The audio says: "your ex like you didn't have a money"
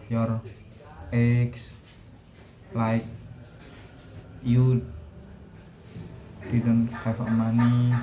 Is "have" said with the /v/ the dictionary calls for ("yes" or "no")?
no